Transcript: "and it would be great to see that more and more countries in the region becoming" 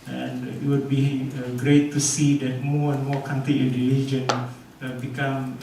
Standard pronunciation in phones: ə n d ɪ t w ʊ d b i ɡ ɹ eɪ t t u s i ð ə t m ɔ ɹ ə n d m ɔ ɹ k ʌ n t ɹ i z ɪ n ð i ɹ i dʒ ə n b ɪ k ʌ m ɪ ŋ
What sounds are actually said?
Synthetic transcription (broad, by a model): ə n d ɪ t w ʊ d b i ɡ ɹ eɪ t t u s i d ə t m ɔ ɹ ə n m ɔ k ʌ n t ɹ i ɪ n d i l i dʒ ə n b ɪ k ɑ m